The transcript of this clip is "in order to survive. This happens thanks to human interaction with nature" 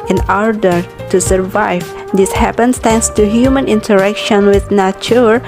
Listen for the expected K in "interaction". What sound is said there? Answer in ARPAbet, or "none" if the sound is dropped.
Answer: K